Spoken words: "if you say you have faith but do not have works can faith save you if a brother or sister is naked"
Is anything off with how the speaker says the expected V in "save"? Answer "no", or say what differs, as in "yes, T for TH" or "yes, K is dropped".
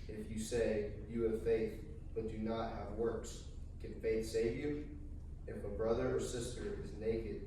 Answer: no